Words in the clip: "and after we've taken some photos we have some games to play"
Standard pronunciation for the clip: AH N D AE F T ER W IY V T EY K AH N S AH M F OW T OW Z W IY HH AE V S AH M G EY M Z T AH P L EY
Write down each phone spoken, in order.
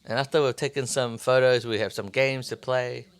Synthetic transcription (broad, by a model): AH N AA F T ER W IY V T EY K AH N S AH M F OW T OW Z W IY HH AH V S AH M G EY M Z T AH P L EY